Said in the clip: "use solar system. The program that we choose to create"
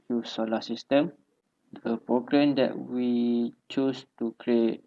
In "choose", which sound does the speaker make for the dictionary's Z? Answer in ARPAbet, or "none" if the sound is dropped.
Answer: S